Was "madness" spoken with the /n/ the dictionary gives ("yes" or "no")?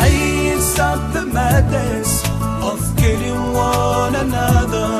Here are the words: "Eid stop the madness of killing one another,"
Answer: no